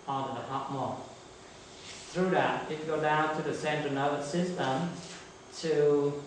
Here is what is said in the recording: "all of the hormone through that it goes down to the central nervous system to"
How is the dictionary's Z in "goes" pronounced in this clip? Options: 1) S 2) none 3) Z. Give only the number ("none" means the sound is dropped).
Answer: 2